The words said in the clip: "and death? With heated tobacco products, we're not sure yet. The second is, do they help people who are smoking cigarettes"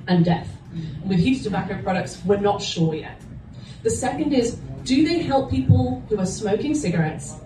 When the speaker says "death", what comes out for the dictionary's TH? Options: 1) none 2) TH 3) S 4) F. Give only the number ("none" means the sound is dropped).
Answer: 2